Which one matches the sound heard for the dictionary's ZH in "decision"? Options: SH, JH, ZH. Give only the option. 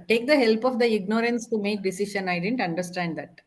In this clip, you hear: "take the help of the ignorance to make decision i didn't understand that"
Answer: SH